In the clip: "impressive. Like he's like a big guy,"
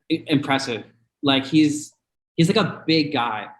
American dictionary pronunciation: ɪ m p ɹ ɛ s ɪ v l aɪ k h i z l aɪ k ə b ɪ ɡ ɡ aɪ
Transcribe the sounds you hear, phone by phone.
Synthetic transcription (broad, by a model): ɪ m p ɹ ɛ s ɪ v l aɪ k h i z l aɪ k ə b ɪ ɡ ɡ aɪ